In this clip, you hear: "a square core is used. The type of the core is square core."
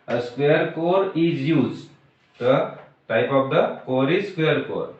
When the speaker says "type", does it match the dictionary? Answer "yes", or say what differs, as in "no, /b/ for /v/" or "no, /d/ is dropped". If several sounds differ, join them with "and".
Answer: yes